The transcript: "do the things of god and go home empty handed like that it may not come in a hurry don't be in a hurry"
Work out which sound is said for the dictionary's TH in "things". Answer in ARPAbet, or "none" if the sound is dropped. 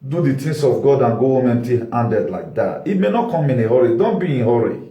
T